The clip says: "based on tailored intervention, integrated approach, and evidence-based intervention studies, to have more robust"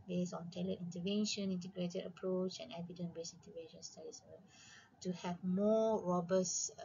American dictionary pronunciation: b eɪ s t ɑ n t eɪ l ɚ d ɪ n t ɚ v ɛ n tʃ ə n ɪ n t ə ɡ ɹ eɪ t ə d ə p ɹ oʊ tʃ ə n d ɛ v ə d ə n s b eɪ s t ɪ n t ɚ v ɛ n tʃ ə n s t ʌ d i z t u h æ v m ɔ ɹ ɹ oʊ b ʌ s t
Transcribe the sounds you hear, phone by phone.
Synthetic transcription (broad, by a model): b eɪ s ɑ n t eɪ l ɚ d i n t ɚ v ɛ n ʃ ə n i n t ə ɡ ɹ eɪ t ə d ə p ɹ oʊ tʃ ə n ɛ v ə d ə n b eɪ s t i n t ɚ v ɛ n ʃ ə n s t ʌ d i s t u h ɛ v m ɔ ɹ ɹ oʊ b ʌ s